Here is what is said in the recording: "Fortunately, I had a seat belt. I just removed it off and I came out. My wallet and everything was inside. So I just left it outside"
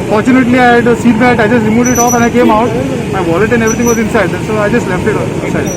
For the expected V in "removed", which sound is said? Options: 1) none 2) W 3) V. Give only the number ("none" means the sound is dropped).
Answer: 1